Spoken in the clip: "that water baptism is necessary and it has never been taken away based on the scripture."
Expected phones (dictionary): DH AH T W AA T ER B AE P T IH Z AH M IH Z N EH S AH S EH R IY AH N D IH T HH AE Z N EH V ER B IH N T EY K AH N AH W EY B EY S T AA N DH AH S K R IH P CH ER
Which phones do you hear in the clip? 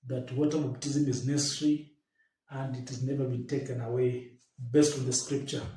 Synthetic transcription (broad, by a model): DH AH T W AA T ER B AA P T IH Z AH M IH Z N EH S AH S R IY AH N D IH T HH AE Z N EH V ER B IH N T EY K AH N AH W EY B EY S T AA N DH AH S K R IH P CH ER